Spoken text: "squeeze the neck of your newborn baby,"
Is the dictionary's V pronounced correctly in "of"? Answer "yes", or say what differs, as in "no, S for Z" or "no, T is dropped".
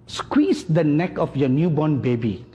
no, F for V